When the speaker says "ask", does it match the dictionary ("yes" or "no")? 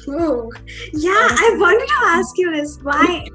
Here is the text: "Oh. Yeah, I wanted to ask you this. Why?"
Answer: yes